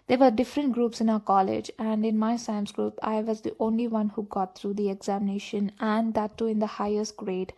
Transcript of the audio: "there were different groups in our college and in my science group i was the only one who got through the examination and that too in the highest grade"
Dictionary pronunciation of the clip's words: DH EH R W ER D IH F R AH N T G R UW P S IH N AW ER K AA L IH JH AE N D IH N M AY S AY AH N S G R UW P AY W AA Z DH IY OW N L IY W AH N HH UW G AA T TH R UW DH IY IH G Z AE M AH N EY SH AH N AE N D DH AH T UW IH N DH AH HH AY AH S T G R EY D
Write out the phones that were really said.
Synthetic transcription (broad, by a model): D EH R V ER D IH F R AH N T G R UW P S IH N AW ER K AA L IH JH AE N D IH N M AY S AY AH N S G R UW P AY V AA Z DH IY OW N L IY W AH N HH UW G AA T T R UW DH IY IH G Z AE M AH N EY SH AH N AE N D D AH T UW IH N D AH HH AY AH S T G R EY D